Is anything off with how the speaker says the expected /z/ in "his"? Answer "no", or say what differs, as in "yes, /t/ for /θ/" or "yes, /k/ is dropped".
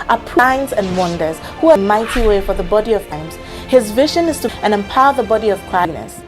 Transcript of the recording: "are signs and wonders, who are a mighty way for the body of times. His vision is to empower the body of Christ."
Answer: no